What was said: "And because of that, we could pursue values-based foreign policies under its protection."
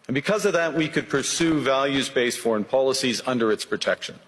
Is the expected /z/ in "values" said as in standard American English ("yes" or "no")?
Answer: yes